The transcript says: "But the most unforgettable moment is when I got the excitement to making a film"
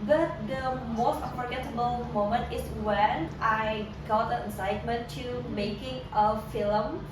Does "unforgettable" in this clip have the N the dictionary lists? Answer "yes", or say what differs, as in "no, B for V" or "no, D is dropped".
no, N is dropped